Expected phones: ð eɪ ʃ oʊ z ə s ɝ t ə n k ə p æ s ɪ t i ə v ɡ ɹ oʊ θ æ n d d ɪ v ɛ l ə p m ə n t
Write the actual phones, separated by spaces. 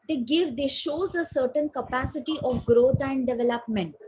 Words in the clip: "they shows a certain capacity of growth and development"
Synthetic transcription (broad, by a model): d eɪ ʃ oʊ z ə s ɝ t ə n k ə p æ s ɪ t i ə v ɡ ɹ oʊ t æ n d d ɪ v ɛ l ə p m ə n t